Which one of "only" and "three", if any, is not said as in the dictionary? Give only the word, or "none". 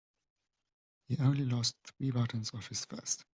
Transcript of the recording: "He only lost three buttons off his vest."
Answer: none